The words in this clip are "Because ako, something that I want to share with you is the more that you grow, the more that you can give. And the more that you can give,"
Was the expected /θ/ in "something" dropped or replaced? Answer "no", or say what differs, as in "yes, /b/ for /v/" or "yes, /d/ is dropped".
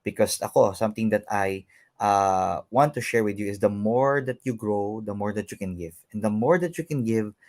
yes, /t/ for /θ/